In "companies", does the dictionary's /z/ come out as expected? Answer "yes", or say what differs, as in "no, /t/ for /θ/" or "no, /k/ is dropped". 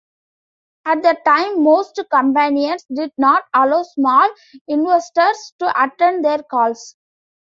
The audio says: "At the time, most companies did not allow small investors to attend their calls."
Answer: no, /s/ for /z/